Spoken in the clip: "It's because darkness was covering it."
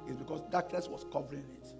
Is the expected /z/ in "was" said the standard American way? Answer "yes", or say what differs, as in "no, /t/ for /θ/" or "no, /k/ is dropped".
no, /s/ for /z/